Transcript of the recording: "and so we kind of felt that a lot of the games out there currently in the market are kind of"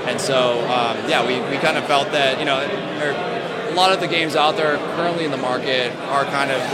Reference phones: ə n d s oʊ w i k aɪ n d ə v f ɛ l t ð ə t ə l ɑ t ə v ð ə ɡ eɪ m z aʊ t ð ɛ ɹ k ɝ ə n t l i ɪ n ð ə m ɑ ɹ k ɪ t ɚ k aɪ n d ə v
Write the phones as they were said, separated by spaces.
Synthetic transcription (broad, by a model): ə n s oʊ w i k aɪ n d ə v f ɛ l t ð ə t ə l ɑ t ə v ð ə ɡ eɪ m z aʊ t ð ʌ ɹ k ɝ ə n t l i ɪ n ð ə m ɑ ɹ k ɪ t ɚ k aɪ n d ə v